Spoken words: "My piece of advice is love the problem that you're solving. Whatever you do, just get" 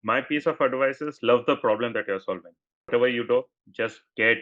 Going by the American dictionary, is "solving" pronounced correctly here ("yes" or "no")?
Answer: yes